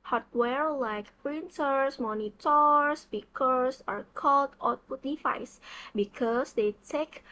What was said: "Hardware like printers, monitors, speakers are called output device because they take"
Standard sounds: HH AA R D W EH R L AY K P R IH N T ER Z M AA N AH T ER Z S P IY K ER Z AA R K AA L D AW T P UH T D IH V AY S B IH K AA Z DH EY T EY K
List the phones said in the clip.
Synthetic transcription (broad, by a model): HH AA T W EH R L AY K P R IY N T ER S M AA N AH T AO S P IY K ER S AA R K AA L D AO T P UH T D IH F AY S B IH K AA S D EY T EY K